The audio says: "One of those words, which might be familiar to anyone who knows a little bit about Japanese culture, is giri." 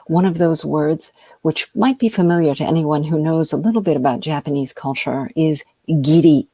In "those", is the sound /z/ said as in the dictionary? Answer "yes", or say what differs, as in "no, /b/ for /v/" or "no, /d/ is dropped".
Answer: yes